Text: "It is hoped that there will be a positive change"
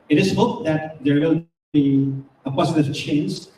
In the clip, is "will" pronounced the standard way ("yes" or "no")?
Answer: no